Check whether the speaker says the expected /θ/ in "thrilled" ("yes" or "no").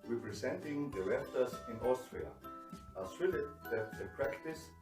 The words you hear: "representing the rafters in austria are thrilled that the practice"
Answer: no